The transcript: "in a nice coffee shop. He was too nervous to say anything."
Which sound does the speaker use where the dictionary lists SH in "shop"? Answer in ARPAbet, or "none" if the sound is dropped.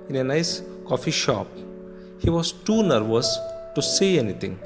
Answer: SH